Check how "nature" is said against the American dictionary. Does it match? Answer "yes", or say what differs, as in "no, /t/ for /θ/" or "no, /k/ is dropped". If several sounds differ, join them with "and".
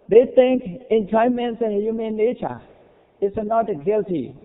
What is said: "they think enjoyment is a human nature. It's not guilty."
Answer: no, /l/ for /n/